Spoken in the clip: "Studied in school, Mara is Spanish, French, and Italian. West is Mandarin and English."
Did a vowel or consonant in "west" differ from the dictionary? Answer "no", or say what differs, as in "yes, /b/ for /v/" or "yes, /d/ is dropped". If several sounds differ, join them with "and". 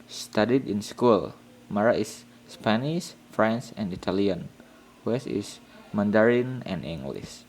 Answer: yes, /t/ is dropped